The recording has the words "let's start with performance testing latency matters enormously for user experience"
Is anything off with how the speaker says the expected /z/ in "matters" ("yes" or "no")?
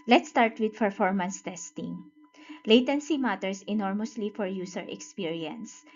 yes